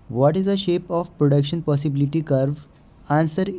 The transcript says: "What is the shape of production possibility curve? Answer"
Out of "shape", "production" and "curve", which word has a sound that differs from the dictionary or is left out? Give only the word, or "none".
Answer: none